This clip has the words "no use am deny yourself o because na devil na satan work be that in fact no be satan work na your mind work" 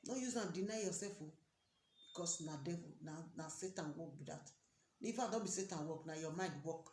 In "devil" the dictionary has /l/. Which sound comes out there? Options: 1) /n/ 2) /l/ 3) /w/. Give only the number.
1